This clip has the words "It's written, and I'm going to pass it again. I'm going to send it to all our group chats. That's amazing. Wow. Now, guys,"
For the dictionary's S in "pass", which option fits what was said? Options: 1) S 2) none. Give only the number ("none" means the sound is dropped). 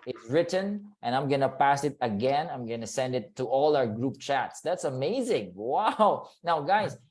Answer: 1